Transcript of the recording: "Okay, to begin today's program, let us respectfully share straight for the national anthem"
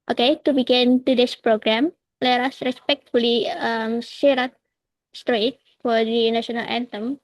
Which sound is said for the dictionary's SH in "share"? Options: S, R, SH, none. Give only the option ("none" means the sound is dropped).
S